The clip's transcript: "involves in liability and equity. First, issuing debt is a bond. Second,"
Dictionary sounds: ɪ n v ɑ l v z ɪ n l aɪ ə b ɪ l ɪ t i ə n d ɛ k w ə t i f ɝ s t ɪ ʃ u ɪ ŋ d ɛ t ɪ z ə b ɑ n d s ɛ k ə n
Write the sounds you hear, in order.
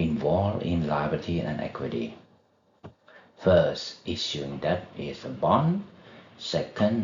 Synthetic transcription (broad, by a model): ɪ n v ɑ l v ɪ n l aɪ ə ɪ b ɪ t i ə n ɛ k w ə t i f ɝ s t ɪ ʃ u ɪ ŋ d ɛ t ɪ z ə b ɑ n s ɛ k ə n